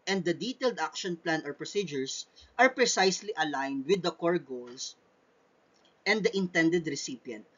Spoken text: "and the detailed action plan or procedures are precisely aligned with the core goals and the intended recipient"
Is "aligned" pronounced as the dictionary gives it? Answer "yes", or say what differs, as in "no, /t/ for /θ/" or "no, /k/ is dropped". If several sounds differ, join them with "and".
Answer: yes